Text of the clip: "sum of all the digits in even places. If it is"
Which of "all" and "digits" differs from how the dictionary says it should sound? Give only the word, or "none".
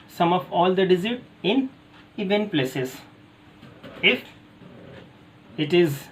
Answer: digits